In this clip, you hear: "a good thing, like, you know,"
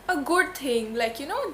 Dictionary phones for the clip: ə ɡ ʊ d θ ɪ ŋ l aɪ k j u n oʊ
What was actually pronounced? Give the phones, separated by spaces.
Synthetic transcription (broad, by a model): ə ɡ ʊ d t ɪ ŋ l aɪ k j u n oʊ